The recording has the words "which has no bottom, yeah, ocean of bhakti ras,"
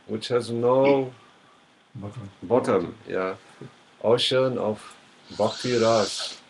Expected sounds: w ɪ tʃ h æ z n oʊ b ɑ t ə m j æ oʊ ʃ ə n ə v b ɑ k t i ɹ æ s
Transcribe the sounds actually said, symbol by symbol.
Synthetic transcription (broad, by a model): w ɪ tʃ h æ z n oʊ b ɑ t ə m j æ oʊ ʃ ə n ə v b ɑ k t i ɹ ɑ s